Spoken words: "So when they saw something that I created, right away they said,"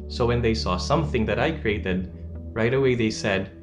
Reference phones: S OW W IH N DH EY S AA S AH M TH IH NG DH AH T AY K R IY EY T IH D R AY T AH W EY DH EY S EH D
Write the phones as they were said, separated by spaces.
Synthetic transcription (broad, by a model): S OW W IH N DH EY S AA S AH M TH IH NG DH AH T AY K R IY EY T IH D R AY T AH W EY DH EY S EH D